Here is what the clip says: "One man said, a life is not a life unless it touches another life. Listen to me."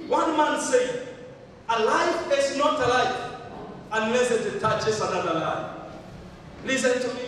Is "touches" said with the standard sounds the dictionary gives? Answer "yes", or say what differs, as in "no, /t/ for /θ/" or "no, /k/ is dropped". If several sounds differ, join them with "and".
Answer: no, /s/ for /z/